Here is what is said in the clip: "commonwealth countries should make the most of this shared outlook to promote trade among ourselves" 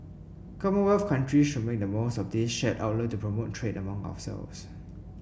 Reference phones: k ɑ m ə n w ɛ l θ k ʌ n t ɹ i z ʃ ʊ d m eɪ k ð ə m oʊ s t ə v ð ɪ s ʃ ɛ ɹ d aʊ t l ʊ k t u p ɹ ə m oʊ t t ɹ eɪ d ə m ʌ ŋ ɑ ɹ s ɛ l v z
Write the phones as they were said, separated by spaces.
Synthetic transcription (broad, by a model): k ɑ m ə w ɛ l f k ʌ n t ɹ i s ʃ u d m eɪ k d ə m oʊ s t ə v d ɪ s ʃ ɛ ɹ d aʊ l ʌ t u p ɹ ə m oʊ t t ɹ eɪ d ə m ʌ ŋ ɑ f s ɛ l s